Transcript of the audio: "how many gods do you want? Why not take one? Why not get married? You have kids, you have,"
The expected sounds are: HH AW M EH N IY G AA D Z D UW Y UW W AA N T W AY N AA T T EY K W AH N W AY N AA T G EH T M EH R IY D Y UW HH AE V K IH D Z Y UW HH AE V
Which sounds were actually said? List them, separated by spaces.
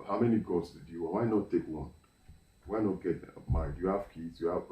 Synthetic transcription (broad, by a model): HH AW M EH N IY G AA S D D Y UW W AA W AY N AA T T EY K W AH N W AY N AA T G EH T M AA IY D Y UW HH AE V K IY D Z Y UW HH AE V